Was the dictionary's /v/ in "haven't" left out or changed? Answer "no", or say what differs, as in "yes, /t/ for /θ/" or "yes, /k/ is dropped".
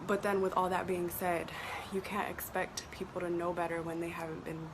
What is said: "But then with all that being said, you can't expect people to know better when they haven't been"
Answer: no